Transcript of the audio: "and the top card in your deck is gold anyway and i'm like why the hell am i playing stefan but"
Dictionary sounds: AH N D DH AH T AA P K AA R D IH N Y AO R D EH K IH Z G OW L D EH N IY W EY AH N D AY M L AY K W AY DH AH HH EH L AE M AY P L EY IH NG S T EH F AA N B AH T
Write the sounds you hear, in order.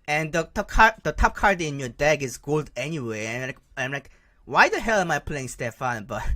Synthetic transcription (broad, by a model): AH N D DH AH T AA P K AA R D IH N Y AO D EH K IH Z G OW L D EH N IY W EY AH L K AY M L AY K W AY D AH HH EH L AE M AY P L EY IH NG S T EH F AA N B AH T